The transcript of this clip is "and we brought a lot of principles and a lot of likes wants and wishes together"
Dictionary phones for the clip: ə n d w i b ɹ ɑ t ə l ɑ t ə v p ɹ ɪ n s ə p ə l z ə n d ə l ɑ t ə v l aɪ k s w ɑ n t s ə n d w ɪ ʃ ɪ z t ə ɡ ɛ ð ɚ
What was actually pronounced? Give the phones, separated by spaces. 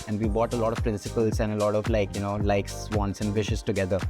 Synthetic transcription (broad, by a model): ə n d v i b ɑ t ə l ɑ t ə v p ɹ ɪ n s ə p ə l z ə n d ə l ɑ t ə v l aɪ k s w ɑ n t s ə n d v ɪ ʃ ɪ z t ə ɡ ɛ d ɚ